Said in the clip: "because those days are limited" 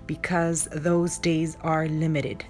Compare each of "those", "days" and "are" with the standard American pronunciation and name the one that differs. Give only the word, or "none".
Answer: none